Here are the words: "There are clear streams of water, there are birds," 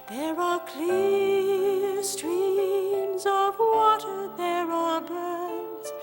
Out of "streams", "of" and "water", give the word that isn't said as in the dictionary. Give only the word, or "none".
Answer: none